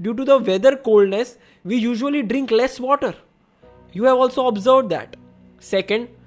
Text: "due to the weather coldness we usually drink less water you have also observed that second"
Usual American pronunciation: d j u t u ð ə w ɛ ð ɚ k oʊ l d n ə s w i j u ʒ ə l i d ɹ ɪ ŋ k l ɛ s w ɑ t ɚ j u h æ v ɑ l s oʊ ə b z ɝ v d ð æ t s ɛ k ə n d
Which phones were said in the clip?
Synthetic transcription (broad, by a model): d j u t u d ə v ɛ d ɚ k oʊ l d n ə s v i j u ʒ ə l i d ɹ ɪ ŋ k l ɛ s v ɑ t ɚ j u h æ v ɑ l s oʊ ə b z ɝ v d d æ t s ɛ k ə n d